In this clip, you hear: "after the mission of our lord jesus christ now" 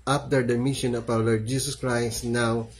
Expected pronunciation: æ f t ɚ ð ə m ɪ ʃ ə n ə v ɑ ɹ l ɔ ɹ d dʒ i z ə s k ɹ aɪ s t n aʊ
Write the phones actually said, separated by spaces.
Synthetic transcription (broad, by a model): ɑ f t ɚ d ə m ɪ ʃ ə n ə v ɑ w l ɔ ɹ d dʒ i s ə s k ɹ aɪ s t n aʊ